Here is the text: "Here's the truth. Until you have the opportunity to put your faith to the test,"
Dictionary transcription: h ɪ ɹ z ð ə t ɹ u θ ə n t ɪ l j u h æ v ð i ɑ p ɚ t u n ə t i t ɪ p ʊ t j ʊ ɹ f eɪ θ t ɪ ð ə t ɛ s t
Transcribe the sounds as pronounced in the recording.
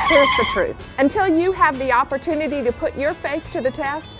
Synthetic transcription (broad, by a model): h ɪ ɹ z ð ə t ɹ u θ ə n t ɪ l j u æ v ð i ɑ p ɚ t u n ə t i t ɪ p ʊ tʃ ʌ ɹ f eɪ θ t ɪ ð ə t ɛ s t